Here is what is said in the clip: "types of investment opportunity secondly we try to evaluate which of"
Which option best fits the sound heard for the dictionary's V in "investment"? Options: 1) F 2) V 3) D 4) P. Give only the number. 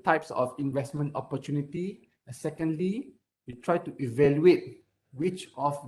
2